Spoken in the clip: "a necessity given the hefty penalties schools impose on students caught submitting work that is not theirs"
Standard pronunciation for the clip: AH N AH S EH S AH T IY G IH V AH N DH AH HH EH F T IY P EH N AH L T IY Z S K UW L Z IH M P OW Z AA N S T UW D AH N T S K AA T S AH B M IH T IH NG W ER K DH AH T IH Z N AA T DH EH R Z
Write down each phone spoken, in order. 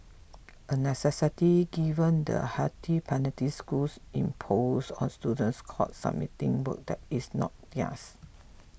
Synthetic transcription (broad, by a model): AH N AH S EH S AH T IY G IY V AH N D AH HH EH T IY P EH N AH T IY S K UW L S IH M P OW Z AA N S T UW D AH N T S K AA T S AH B M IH T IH NG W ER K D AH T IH S N AA T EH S